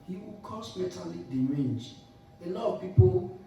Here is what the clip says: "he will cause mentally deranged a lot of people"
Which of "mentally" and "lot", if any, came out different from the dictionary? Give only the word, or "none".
mentally